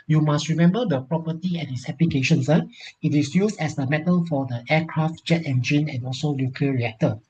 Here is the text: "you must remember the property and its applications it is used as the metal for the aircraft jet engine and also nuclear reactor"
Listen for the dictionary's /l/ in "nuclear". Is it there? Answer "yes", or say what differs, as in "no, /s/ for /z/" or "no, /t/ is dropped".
no, /l/ is dropped